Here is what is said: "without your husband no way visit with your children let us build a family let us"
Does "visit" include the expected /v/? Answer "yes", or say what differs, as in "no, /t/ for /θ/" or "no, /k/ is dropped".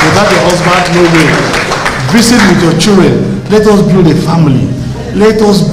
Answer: no, /b/ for /v/